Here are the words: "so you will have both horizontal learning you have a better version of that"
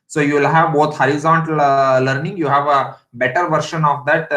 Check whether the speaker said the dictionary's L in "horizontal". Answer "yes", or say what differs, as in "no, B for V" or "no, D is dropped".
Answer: yes